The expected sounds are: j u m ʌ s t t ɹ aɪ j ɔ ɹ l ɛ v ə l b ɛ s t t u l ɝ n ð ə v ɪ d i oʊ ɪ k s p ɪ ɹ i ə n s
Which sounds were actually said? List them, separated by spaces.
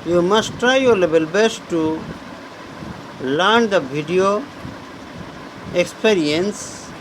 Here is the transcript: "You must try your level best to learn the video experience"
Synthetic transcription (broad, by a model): j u m ʌ s t t ɹ aɪ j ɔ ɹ l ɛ b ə l b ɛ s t t u l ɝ n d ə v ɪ d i oʊ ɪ k s p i ɹ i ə n s